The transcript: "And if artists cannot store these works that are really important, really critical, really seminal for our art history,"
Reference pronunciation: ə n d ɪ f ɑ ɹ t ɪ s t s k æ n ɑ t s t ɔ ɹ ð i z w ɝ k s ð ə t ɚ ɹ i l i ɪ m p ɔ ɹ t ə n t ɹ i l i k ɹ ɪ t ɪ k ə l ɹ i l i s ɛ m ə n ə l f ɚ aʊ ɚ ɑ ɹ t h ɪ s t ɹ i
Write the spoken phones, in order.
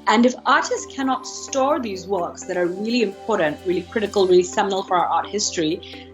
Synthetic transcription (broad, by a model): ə n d ɪ f ɑ ɹ t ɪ s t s k æ n ɑ t s t ɔ ɹ ð i z w ɝ k s ð ə t ɚ ɹ i l i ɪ m p ɔ ɹ t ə n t ɹ i l i k ɹ ɪ t ɪ k ə l ɹ i l i s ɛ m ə n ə l f ɚ aʊ ɚ ɑ ɹ t h ɪ s t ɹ i